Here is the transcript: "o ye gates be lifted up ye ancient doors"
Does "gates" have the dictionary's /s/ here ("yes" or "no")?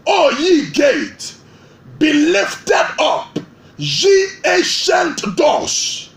no